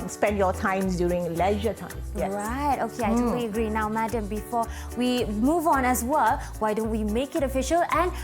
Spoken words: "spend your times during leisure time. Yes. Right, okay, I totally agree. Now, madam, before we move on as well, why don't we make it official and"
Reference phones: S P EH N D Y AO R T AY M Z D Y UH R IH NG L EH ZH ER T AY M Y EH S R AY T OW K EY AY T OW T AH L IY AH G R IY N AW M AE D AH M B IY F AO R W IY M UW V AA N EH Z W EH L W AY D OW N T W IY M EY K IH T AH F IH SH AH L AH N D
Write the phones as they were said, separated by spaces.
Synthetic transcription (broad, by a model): S P EH N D Y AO T AY M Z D Y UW R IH NG L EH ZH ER T AY M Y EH R AY T OW K EY AY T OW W IY AH G R IY N AW M AE D AH M B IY F AO W IY M UW V AA N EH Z W EH L W AY D OW N T W IY M EY K IH T AH F IH SH AH L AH N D